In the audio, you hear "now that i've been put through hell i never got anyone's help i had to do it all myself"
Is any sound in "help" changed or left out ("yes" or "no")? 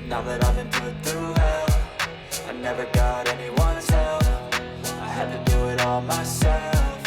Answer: yes